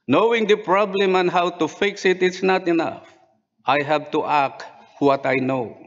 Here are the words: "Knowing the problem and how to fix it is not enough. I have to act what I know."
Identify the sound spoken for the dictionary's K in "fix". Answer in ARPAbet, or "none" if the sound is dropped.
K